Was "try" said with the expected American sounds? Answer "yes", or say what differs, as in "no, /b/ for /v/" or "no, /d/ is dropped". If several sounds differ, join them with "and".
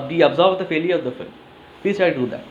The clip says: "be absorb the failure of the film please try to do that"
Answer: no, /ɹ/ is dropped